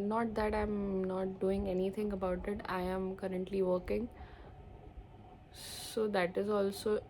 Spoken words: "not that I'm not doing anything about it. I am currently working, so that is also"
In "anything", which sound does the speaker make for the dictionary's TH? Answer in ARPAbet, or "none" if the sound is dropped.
T